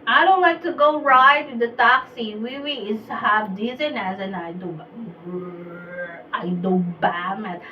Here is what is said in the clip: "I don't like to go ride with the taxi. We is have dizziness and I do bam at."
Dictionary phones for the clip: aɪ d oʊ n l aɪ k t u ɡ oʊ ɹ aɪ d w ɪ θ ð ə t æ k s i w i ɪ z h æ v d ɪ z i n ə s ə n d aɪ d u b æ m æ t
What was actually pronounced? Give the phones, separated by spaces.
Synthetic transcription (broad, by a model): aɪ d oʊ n w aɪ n t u ɡ oʊ ɹ aɪ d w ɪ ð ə t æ k s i w i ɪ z h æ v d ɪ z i n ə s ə n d aɪ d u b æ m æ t